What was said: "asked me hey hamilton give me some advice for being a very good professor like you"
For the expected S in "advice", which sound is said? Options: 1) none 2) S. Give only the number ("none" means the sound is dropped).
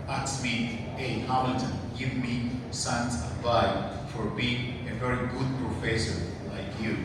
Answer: 1